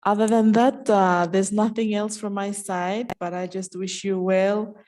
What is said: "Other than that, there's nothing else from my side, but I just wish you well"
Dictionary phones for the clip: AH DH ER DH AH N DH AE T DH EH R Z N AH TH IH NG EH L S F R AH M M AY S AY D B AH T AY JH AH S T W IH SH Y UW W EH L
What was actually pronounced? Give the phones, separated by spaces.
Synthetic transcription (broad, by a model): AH DH ER DH AH N DH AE T DH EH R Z N AH TH IH NG EH L S F R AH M M AY S AY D B AH T AY JH AH S T W IH SH Y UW W EH L